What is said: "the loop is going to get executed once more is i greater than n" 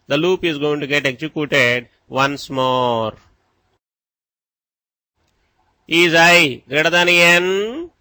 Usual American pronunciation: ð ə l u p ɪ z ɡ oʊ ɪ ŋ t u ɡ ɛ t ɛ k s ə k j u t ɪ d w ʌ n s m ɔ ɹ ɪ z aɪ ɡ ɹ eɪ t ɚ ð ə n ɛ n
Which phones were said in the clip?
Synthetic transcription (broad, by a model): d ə l u p ɪ z ɡ oʊ ɪ ŋ t u ɡ ɛ t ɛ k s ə k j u t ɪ d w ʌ n s m ɔ ɹ ɪ z aɪ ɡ ɹ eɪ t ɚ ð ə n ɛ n